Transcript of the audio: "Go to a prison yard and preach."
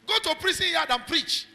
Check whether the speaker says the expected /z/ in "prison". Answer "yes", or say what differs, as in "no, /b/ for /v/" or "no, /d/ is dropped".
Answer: no, /s/ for /z/